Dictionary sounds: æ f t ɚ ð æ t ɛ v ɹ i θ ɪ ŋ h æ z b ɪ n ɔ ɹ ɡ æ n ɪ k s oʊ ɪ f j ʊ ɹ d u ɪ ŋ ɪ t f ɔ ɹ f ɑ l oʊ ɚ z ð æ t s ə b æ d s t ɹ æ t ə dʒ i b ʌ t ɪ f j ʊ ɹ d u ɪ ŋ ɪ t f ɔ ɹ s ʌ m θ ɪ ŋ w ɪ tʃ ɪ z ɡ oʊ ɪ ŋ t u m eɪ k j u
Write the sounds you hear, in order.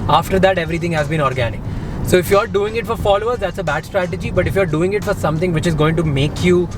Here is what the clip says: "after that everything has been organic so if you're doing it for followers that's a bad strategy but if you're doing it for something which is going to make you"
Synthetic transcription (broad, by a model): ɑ f t ɚ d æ t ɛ v ɹ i t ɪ ŋ h æ z b ɪ n ɔ ɹ ɡ æ n ɪ k s oʊ ɪ f j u ɹ d u ɪ ŋ ɪ t f ɔ ɹ f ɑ l oʊ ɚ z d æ t s ə b æ d s t ɹ æ t ə dʒ i b ʌ t ɪ f j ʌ ɹ d u ɪ ŋ ɪ t f ɔ ɹ s ʌ m t ɪ ŋ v ɪ tʃ ɪ z ɡ oʊ ɪ ŋ t u m eɪ k j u